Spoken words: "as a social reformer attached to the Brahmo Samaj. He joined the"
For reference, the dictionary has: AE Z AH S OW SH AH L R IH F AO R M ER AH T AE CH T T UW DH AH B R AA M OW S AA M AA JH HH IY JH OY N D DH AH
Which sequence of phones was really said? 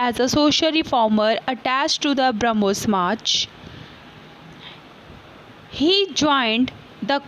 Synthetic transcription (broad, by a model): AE Z AH S OW SH AH L R IH F AO R M ER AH T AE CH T T UW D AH B R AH M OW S M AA CH HH IY JH OY N D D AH